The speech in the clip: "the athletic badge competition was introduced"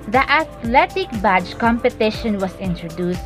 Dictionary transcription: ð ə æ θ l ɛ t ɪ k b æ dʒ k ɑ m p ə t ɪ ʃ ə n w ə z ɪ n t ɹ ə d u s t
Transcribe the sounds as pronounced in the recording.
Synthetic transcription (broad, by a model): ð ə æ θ l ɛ t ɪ k b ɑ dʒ k ɑ m p ə t ɪ ʃ ə n w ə s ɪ n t ɹ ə d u s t